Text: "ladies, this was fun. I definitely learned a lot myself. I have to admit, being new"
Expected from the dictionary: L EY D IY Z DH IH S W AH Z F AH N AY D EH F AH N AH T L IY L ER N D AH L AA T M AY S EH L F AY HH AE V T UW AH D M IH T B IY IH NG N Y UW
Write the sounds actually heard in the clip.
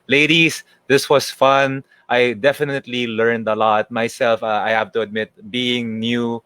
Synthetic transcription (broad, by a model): L EY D IY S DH IH S W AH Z F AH N AY D EH F AH N AH T L IY L ER N D AH L AA T M AY S EH L F AY HH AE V T UW AH D M IH T B IY IH NG N Y UW